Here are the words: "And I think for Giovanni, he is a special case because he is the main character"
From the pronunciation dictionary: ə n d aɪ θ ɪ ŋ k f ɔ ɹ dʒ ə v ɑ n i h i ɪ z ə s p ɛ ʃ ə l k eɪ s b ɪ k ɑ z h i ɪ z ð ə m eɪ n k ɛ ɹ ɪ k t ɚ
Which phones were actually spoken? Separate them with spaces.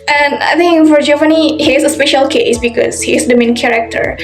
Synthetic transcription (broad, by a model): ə n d aɪ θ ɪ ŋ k f ɔ ɹ dʒ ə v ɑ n i h i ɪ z ə s p ɛ ʃ ə l k eɪ s b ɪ k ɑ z h i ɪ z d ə m eɪ n k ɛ ɹ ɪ k t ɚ